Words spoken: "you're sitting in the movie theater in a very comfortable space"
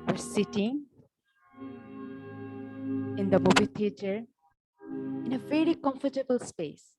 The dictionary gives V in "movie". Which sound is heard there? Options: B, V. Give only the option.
B